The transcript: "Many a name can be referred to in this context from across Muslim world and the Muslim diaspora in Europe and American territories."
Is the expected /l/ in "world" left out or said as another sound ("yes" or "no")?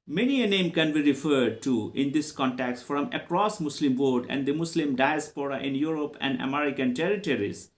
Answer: yes